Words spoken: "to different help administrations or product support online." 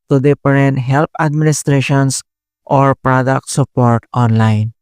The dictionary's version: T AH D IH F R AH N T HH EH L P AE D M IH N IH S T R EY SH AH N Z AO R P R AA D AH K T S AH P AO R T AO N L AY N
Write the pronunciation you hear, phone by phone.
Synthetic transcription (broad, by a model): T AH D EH P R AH N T HH EH L P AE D M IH N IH S T R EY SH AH N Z AO R P R AA D AH K T S AH P AO R T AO N L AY N